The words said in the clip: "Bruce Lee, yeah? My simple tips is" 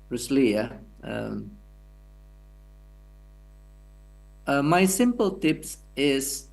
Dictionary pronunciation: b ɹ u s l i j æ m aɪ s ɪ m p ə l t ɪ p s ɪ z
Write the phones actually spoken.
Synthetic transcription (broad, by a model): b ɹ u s l i j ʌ m aɪ s ɪ m p ə l t ɪ p s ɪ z